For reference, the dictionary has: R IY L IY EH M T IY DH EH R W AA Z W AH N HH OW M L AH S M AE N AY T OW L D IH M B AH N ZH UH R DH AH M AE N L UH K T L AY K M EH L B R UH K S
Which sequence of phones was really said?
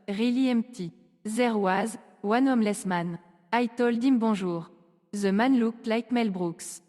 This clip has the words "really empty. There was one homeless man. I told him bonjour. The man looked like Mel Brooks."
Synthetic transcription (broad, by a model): R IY L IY EH M T IY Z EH R W AA Z W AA N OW M L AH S M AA N AY T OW L D IH M B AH ZH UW R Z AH M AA N L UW K L AY K M EH L B R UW K S